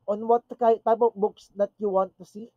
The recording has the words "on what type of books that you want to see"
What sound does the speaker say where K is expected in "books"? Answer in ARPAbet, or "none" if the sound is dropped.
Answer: K